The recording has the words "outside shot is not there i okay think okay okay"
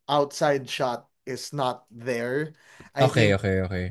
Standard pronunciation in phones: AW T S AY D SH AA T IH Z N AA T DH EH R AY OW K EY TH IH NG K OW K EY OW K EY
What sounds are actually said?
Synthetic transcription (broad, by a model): AW T S AY D SH AA T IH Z N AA T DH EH R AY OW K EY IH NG OW K EY OW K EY